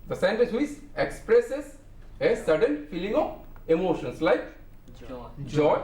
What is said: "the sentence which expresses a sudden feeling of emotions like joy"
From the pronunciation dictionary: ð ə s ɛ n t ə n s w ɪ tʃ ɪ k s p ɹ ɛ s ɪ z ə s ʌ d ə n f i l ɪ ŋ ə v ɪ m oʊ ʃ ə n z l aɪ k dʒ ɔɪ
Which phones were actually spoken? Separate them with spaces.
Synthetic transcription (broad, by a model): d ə s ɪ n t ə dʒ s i s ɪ k s p ɹ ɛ s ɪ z ə s ʌ d ə n f i l ɪ ŋ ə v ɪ m oʊ ʃ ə n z l aɪ k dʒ ɔɪ